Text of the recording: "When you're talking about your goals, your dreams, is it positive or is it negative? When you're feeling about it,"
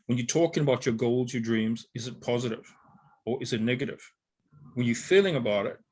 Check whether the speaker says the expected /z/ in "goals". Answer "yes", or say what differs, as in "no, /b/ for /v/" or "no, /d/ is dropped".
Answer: yes